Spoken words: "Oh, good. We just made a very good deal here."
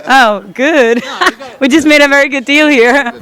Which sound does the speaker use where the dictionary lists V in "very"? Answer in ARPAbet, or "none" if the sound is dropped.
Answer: V